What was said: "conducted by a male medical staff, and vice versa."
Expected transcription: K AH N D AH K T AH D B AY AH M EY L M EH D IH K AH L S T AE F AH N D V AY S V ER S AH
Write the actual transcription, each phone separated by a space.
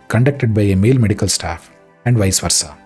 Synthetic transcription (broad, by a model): K AH N D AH K T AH D B AY AH M EY L M EH D IH K AH L S T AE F AH N D V AY S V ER S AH